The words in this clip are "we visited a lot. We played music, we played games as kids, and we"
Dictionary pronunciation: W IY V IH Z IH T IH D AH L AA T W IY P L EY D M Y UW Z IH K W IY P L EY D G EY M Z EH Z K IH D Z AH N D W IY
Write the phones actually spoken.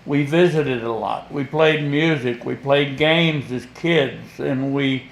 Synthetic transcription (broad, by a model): W IY V IH Z IH T IH D AH L AA T W IY P L EY D M Y UW Z IH K W IY P L EY D G EY M Z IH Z K IH D Z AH N W IY